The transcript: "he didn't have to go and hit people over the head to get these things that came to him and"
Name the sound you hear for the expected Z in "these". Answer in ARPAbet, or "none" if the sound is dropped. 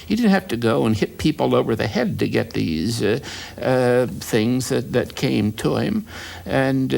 Z